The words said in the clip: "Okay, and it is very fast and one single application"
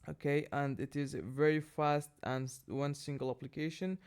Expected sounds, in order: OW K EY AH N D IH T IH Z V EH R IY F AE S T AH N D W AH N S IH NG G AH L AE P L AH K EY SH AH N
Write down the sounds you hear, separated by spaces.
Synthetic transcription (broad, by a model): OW K EY AH N D IH T IH Z V EH R IY F AE S T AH N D W AH N S IH NG G AH L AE P L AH K EY SH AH N